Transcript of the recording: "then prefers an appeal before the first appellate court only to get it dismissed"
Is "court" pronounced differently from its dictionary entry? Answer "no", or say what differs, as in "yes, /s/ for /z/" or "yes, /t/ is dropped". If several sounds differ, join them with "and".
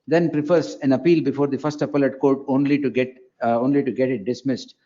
yes, /l/ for /ɹ/